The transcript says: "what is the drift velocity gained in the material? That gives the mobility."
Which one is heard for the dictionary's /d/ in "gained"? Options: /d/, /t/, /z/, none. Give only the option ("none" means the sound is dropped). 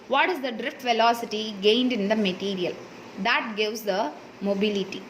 /d/